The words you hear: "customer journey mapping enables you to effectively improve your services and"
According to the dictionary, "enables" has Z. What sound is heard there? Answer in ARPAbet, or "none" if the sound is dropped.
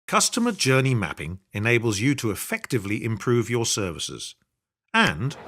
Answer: Z